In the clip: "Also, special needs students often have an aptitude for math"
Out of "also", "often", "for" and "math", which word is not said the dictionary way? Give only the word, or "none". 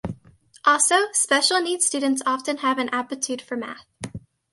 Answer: none